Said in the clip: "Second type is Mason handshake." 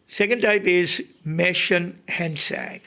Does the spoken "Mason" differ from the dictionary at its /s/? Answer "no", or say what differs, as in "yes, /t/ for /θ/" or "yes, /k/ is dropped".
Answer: yes, /ʃ/ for /s/